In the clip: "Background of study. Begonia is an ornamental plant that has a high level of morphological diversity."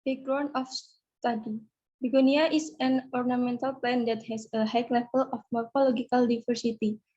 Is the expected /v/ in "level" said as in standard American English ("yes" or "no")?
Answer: no